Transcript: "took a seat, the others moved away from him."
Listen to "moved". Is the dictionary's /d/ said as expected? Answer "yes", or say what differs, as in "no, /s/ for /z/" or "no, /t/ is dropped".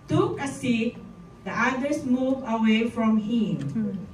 no, /d/ is dropped